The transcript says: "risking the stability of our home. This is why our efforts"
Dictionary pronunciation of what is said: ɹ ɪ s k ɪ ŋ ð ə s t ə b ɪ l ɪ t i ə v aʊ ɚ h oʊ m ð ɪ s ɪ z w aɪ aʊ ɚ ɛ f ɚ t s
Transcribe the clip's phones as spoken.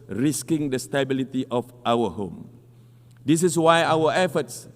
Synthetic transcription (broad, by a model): ɹ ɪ s k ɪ ŋ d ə s t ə b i l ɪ t i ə f aʊ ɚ h oʊ m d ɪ s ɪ s w aɪ aʊ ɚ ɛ f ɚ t s